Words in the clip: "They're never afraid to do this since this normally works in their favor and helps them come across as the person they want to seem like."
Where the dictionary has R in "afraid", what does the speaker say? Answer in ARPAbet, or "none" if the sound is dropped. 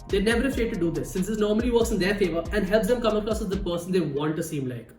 none